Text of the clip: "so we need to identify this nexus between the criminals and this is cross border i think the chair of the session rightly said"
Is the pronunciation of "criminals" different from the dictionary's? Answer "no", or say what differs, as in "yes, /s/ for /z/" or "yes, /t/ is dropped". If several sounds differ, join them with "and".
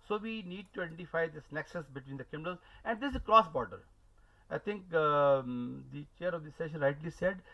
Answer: yes, /ɹ/ is dropped